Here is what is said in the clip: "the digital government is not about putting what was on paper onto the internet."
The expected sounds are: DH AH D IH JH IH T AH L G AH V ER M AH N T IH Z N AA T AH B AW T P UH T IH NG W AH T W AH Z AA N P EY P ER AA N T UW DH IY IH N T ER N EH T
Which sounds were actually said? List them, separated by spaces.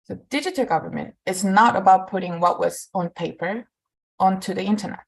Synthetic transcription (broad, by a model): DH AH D IH JH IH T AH L G AH V ER M AH N T IH Z N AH T AH B AW T P UH T IH NG W AH T W AH Z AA N P EY P ER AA N T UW DH IY IH N T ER N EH T